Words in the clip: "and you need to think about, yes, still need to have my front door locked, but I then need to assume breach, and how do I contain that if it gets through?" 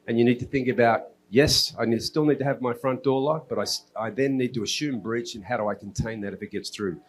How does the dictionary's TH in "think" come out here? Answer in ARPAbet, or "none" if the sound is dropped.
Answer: TH